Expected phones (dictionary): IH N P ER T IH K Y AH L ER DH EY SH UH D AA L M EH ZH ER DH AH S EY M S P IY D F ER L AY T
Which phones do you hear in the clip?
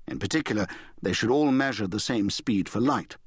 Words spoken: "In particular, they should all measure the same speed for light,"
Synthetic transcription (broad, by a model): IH N P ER T IH K Y L ER DH EY SH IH D AA L M EH ZH ER DH AH S EY M S P IY D F ER L AY T